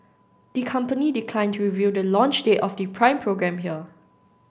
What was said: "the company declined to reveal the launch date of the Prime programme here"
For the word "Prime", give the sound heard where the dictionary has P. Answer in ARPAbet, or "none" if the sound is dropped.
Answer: P